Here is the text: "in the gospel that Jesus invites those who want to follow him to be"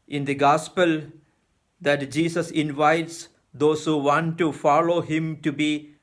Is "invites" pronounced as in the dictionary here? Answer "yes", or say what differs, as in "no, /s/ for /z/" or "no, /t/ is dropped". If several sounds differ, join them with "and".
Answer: yes